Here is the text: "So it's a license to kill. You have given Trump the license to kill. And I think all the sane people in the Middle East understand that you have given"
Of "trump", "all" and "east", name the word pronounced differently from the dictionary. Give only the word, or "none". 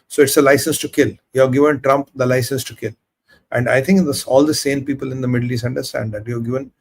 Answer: east